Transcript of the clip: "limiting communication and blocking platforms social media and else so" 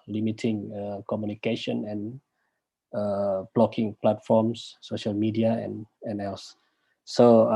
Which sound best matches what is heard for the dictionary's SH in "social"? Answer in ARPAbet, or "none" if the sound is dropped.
SH